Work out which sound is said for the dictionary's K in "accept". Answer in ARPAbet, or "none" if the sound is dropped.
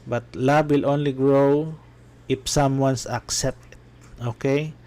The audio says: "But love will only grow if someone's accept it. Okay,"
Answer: K